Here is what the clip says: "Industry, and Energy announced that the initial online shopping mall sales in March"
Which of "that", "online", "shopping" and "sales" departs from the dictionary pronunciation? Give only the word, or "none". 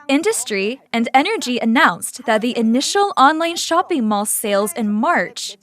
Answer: none